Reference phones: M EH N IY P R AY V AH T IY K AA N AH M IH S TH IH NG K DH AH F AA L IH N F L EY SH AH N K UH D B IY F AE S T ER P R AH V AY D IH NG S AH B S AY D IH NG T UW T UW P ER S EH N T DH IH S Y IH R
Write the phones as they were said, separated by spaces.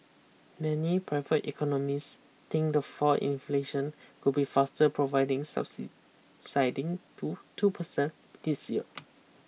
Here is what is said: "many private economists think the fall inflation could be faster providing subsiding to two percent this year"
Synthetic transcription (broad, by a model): M EH N IY P R AY V AH T IY K AA N AH M IH S T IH NG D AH F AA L IH N F L EY SH AH N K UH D B IY F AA S T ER P R AH V AY D IH NG S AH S S AY D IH NG T UW T UW P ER S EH N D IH S Y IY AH